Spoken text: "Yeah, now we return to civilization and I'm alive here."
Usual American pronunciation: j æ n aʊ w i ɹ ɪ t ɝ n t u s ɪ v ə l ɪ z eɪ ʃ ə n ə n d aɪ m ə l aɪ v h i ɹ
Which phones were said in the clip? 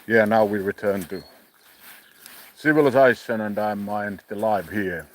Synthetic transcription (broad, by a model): j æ n aʊ w i ɹ ɪ t ɝ n t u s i w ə l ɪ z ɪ s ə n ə n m aɪ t ə l aɪ v h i ɹ